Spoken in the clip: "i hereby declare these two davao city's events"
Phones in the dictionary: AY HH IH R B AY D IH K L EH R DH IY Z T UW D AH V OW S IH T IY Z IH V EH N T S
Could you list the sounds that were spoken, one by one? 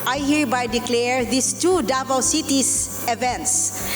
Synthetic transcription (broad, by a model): AY HH IH R B AY D IH K L EH R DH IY S T UW D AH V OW S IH T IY S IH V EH N T S